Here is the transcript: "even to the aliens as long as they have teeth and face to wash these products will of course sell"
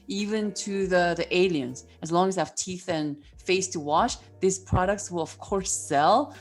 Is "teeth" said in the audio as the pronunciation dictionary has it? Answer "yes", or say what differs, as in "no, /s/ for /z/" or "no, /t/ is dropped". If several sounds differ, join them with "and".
yes